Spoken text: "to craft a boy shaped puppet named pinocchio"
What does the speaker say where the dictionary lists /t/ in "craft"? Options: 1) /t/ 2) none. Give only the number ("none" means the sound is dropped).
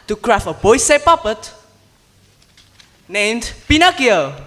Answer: 2